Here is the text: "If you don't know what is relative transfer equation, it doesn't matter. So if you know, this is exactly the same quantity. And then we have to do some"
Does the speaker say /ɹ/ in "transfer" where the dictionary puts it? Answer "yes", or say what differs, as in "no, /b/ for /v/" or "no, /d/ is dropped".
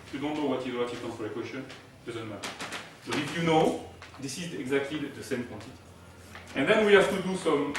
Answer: no, /ɹ/ is dropped